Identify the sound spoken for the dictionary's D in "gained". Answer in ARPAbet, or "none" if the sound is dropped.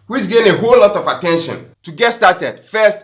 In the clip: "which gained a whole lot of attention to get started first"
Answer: none